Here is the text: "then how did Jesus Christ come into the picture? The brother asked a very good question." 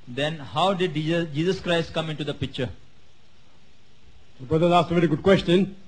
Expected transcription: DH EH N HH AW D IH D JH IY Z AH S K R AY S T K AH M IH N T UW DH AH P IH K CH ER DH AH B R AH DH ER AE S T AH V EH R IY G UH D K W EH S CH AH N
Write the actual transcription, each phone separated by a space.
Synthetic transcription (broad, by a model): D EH N HH AW D IH D JH IY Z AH S K R AY S T K AH M IH N T UW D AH P IH K CH ER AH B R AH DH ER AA S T AH V EH R IY G UH D K W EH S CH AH N